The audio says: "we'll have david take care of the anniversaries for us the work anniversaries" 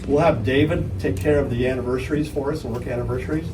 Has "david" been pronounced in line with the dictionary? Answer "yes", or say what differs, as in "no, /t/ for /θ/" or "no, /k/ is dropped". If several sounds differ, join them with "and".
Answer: yes